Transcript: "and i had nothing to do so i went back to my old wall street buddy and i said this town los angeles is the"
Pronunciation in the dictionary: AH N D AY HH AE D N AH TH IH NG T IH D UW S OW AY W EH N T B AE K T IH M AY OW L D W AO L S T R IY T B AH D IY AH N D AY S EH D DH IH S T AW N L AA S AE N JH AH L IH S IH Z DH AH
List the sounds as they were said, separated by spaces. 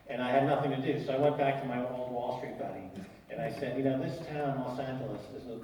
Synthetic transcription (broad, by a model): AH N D AY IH D N AH TH IH NG T IH D UW S OW AY W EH N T B AE K T IH M AY OW L D W AO L S T R IY T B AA D IY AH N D AY S EH D DH IH S T AW N L AA S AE N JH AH L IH S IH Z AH